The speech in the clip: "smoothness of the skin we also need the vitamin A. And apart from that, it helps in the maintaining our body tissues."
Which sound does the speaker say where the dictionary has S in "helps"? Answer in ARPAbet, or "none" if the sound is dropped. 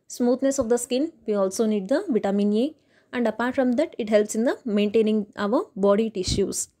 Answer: S